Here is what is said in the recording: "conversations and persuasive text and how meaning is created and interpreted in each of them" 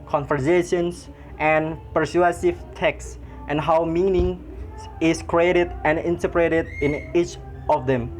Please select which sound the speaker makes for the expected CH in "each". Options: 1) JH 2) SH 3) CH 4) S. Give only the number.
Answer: 3